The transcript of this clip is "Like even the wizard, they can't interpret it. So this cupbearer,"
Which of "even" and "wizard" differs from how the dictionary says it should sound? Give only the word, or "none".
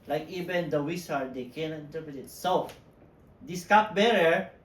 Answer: wizard